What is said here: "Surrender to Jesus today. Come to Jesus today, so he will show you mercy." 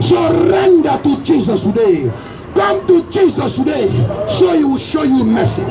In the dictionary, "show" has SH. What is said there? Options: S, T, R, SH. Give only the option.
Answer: SH